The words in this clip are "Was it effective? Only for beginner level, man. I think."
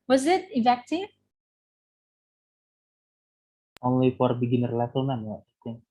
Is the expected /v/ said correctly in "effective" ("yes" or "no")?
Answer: no